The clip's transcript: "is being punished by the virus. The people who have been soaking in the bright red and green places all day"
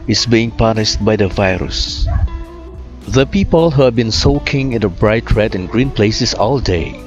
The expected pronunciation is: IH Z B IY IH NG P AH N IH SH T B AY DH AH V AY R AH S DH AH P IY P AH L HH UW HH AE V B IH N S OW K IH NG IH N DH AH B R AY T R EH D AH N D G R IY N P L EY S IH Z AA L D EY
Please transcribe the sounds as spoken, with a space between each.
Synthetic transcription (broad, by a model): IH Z B IY IH NG P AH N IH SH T B AY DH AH V AY R AH S DH AH P IY P AH L HH UW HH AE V B IH N S OW K IH NG IH N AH B R AY T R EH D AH N G R IY N P L EY S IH S AA L D EY